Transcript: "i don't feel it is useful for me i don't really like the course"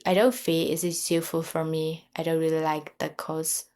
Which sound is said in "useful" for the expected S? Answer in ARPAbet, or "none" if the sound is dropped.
none